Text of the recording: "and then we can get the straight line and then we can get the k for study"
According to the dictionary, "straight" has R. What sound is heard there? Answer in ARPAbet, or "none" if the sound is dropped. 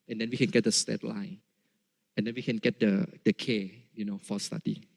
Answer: none